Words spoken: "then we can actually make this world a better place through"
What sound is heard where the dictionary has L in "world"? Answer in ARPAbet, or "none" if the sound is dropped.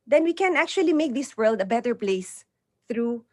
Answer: L